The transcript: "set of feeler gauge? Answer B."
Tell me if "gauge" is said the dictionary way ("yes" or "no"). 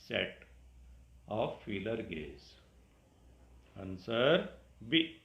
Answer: no